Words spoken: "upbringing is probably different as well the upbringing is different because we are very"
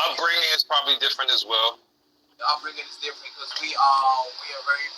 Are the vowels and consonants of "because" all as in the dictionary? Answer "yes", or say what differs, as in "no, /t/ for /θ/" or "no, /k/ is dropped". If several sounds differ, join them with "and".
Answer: no, /k/ is dropped